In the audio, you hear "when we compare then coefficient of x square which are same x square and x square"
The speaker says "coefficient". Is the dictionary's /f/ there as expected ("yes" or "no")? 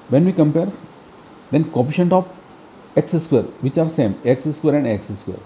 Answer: no